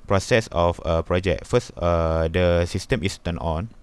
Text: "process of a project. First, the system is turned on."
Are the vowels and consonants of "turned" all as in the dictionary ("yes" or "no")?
no